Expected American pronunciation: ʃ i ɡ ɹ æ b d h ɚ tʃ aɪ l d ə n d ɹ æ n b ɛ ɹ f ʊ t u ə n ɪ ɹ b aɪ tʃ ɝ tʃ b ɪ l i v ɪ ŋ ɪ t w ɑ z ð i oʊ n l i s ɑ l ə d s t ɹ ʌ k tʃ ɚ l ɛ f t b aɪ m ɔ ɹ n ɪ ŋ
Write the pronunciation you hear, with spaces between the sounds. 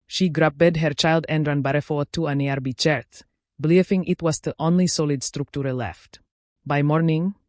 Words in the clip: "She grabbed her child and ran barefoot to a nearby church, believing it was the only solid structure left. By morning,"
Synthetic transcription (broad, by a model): ʃ i ɡ ɹ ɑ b d h ɚ tʃ aɪ l d ə n d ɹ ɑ n b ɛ ɹ f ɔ t u ə n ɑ ɹ b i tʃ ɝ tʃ b l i f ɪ ŋ ɪ t w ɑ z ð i oʊ n l i s ɑ l ə d s t ɹ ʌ k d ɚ l ɛ f t b aɪ m ɔ ɹ n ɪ ŋ